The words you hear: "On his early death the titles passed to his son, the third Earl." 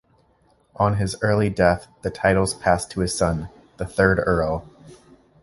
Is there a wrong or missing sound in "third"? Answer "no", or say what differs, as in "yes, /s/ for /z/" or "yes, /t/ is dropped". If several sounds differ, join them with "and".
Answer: no